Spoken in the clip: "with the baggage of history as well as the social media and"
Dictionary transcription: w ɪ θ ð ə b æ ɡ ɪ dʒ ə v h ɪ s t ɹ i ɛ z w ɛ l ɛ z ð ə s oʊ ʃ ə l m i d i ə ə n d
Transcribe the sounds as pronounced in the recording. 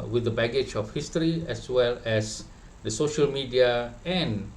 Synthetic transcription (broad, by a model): w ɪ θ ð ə b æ ɡ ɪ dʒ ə f h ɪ s t ɹ i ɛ s w ɛ l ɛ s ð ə s oʊ ʃ ə l m i d i ə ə n